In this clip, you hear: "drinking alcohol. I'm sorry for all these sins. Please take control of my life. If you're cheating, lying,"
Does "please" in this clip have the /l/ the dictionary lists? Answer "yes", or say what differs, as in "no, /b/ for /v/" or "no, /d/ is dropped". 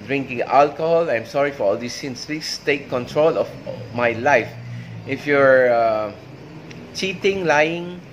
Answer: no, /l/ is dropped